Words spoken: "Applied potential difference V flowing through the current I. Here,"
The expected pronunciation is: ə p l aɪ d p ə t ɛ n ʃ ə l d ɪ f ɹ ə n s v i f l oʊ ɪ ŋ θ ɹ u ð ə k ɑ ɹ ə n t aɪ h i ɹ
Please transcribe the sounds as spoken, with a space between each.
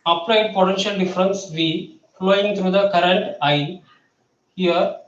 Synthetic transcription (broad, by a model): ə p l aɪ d p ə t ɛ n ʃ ə l d ɪ f ɹ ə n s v i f l oʊ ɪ ŋ t ɹ u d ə k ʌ ɹ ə n t aɪ h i ɹ